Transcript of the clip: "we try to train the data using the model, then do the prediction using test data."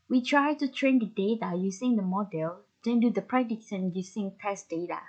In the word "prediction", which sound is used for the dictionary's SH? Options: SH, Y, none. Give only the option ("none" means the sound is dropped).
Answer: none